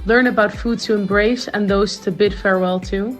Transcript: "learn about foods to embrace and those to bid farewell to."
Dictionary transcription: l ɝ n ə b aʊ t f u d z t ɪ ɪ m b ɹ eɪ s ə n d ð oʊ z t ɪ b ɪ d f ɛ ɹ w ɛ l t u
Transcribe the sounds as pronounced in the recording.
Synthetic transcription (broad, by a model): l ɝ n ə b aʊ t f u d t ɪ ɪ m b ɹ eɪ s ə n ð oʊ z t ɪ b ɪ d f ɛ ɹ w ɛ l t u